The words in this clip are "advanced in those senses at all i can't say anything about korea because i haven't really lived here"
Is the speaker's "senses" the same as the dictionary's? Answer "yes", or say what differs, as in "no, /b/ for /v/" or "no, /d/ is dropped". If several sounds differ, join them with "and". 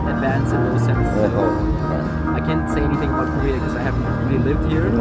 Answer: no, /n/ is dropped